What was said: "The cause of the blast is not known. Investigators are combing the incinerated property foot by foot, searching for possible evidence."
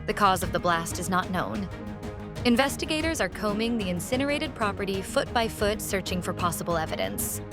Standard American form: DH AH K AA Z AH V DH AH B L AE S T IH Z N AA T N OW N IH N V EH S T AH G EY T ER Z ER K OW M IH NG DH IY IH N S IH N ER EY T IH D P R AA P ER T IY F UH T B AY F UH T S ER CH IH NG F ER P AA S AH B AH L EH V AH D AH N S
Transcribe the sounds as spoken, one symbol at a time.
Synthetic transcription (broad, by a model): DH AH K AA Z AH V DH AH B L AE S T IH Z N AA T N OW N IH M V EH S T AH G EY T ER Z ER K OW M IH NG DH IY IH N S IH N ER EY T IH D P R AA P ER T IY F UH T B AY F UH T S ER CH IH NG F ER P AA S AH B L EH V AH D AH N S